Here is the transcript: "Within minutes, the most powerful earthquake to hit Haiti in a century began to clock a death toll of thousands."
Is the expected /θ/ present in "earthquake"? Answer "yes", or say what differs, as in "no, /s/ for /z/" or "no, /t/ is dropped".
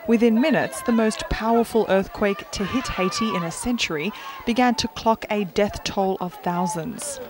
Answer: yes